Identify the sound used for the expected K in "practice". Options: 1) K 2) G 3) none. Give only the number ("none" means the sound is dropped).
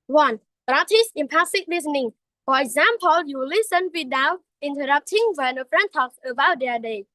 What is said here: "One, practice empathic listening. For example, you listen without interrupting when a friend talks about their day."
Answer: 3